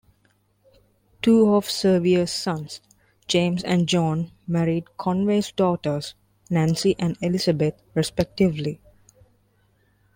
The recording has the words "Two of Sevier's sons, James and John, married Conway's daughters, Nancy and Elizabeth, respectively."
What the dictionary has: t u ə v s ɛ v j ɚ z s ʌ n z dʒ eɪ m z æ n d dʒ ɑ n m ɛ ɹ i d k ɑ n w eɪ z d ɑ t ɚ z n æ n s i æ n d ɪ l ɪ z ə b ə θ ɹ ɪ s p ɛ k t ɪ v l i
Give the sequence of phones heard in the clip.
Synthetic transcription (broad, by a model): t u ə v s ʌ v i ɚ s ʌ n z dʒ eɪ m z æ n d dʒ ɑ n m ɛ ɹ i d k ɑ n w eɪ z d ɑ t ɚ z n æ n s i æ n d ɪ l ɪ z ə b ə t ɹ ɪ s p ɛ k t ɪ v l i